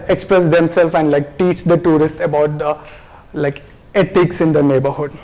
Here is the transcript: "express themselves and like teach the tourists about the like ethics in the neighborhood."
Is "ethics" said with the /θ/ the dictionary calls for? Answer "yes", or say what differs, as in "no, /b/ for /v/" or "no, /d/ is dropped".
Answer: no, /t/ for /θ/